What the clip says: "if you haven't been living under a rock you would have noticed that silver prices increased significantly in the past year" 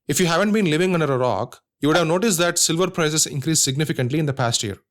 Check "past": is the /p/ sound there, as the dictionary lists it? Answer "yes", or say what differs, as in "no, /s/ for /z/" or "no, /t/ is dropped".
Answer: yes